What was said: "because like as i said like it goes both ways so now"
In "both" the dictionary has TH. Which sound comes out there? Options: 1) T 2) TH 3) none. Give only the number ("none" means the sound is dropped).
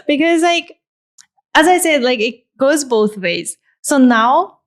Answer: 2